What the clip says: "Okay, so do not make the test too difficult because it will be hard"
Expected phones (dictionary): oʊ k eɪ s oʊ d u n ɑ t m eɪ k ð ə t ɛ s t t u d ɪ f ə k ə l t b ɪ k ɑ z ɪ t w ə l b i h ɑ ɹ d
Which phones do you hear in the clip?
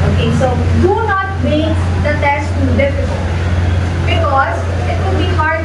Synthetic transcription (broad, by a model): oʊ k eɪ s oʊ d u n ɑ t m eɪ k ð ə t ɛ s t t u d ɪ f ə k ə l t b ɪ k ɑ z ɪ t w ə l b i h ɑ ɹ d